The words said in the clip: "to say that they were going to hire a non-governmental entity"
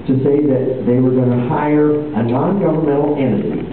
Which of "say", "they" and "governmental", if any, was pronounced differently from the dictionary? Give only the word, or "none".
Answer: governmental